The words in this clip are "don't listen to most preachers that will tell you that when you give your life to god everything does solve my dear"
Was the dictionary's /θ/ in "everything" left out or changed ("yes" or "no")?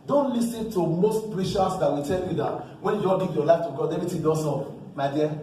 yes